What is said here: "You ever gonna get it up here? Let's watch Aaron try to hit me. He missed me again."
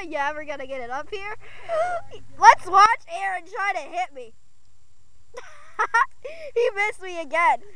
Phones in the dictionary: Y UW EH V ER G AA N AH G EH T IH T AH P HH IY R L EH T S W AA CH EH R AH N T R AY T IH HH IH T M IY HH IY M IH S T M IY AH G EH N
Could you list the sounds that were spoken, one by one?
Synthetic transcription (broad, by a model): Y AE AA W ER G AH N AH G EH T IH T AH P HH IY R L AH T S W AA CH EH R AH N T R AY T IH HH IH T M IY HH IY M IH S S M IY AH G EH N